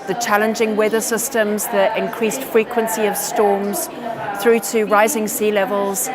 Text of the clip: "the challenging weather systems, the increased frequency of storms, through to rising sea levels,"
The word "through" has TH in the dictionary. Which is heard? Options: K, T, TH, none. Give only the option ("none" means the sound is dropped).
TH